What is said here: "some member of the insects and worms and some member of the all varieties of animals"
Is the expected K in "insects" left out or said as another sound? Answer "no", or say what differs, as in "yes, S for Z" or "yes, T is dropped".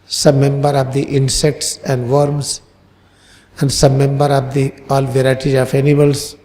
no